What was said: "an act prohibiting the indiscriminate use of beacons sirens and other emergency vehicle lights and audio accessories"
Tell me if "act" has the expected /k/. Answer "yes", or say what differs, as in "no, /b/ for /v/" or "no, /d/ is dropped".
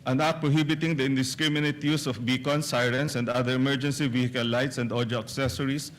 no, /k/ is dropped